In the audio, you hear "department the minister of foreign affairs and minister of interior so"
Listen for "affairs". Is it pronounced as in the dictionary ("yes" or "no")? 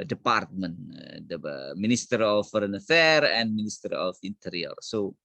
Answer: no